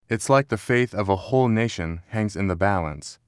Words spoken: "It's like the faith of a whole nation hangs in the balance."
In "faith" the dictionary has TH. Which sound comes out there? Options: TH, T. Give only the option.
TH